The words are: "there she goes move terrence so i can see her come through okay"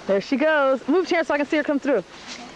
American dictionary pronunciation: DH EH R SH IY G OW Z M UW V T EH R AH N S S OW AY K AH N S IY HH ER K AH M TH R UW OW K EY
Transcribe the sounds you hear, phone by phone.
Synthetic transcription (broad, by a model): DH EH R SH IY G OW Z M UW V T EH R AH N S S OW AY K AH N S IY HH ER K AH M TH R UW